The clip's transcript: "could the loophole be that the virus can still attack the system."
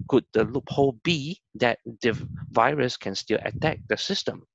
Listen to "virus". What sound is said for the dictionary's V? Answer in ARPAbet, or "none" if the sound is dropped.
V